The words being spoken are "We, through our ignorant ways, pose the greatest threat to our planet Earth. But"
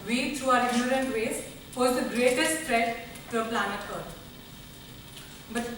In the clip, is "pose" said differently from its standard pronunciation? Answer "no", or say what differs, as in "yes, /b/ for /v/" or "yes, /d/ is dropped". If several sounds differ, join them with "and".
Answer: yes, /f/ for /p/